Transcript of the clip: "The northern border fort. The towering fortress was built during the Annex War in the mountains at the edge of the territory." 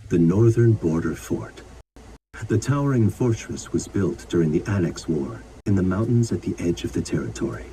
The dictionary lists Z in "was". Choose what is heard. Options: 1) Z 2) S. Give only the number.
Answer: 1